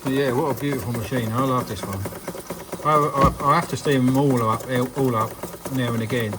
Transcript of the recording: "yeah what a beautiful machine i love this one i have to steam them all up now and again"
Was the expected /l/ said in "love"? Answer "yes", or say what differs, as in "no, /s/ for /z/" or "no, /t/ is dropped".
yes